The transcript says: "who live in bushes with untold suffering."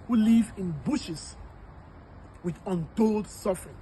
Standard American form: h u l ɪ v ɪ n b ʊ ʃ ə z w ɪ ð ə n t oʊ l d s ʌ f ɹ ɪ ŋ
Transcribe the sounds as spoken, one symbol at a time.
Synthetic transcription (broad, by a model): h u l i v ɪ n b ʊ ʃ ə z w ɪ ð ə n t oʊ l d s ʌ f ɹ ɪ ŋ